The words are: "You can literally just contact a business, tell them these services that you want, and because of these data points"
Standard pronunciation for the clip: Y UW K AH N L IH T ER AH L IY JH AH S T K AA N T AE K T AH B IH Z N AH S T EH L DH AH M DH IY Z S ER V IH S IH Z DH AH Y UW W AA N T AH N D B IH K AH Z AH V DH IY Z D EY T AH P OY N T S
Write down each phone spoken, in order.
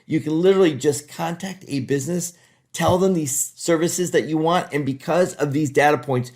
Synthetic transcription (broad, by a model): Y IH K AH N L IH T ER L IY JH AH S K AA N T AE K T AH B IH Z N AH S T EH L DH AH M DH IY Z S ER V IH S IH Z DH AH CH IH W AA N T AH N B IH K AH Z AH V DH IY Z D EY T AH P OY N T S